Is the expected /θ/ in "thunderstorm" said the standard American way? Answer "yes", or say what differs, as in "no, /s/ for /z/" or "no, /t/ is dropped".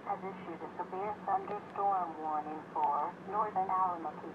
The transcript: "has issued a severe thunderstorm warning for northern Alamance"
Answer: no, /s/ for /θ/